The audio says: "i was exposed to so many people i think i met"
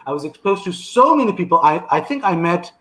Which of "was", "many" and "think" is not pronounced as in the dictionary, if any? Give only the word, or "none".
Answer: none